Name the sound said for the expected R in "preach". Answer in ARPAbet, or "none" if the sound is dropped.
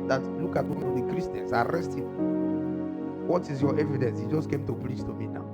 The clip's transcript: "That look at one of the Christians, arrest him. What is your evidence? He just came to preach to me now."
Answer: L